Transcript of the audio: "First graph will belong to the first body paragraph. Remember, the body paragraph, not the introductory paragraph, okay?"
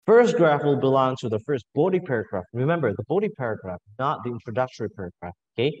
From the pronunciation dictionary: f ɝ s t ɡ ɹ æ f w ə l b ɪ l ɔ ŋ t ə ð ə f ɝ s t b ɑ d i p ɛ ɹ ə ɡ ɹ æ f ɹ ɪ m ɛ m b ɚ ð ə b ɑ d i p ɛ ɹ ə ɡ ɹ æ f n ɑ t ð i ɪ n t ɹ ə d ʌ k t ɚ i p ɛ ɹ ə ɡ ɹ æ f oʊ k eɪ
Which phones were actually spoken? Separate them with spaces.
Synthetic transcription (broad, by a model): f ɝ s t ɡ ɹ æ f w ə l b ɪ l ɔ ŋ t ə ð ə f ɝ s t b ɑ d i p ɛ ɹ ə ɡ ɹ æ f ɹ ɪ m ɛ m b ɚ ð ə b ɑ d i p ɛ ɹ ə ɡ ɹ æ f n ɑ t ð i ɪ n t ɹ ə d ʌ k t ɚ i p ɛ ɹ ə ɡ ɹ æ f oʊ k eɪ